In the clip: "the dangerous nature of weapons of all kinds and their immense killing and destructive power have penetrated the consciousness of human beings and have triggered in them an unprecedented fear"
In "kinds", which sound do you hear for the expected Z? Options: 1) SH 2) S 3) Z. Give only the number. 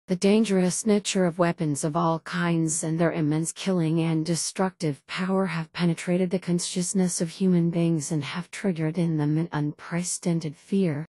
3